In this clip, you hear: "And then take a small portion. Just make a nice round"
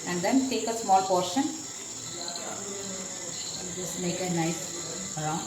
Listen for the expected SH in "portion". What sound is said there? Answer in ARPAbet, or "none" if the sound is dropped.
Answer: SH